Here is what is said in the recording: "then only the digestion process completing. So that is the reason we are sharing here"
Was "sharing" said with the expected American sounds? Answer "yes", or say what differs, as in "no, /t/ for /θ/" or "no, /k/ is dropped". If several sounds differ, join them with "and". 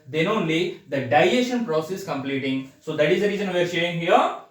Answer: no, /ɹ/ is dropped